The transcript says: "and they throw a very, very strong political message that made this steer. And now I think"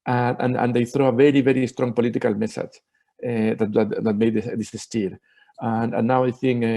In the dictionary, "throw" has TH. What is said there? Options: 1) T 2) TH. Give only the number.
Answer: 2